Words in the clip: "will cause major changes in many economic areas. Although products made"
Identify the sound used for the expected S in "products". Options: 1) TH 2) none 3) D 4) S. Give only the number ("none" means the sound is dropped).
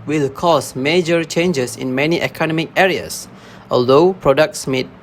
4